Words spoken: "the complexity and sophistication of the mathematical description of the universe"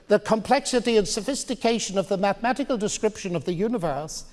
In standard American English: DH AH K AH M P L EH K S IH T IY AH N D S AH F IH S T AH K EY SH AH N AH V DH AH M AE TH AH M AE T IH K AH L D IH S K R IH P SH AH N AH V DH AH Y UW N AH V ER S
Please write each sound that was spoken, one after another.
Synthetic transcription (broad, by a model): DH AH K AH M P L EH K S IH T IY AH N S AH F IH S T AH K EY SH AH N AH V DH AH M AE TH AH M AE T IH K AH L D IH S K R IH P SH AH N AH V DH AH Y UW N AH V ER S